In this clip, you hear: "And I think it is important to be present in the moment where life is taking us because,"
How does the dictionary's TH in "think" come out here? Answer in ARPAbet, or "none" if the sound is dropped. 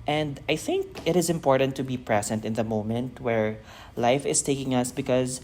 TH